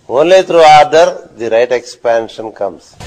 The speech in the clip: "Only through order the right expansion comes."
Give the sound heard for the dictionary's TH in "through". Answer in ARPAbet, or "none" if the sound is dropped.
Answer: T